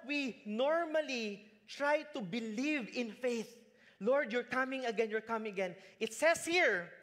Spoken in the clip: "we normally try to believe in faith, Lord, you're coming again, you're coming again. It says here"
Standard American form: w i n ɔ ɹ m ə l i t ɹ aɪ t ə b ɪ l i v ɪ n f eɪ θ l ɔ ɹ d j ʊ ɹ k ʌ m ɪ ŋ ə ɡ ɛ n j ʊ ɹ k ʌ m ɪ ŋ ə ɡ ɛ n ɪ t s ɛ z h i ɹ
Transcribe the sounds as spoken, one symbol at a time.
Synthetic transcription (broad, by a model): w i n ɔ ɹ m ə l i t ɹ aɪ t ə b ɪ l i v ɪ n f eɪ θ l ɔ ɹ d j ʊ ɹ k ʌ m ɪ ŋ ə ɡ ɛ n j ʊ ɹ k ʌ m ɪ ŋ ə ɡ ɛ n ɪ t s ɛ s h i ɹ